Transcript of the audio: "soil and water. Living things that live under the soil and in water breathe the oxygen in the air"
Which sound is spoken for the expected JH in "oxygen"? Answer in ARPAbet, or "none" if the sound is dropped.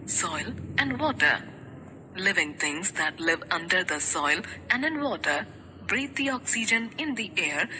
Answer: JH